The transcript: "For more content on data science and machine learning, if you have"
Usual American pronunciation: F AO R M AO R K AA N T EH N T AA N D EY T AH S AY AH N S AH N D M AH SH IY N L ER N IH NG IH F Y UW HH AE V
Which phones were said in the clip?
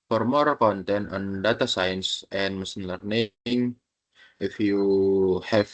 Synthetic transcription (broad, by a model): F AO R M AO R K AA N T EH N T AA N D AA T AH S AY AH N S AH N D M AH S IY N L ER N IH NG IH F Y UW HH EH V